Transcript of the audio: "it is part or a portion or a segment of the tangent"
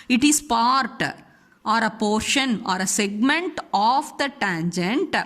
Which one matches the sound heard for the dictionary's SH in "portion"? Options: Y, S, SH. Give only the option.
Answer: SH